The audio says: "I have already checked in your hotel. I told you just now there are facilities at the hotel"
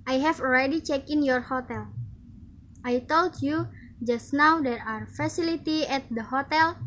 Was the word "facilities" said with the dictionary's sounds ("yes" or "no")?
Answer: no